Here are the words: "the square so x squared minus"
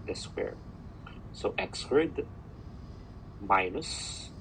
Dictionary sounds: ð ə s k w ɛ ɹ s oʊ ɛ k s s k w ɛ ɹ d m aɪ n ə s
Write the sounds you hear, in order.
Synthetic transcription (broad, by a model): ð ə s w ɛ ɹ s oʊ ɛ k s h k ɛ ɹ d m aɪ n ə s